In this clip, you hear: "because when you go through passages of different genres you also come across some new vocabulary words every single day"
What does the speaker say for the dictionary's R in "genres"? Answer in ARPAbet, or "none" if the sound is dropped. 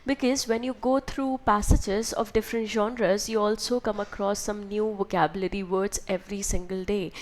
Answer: R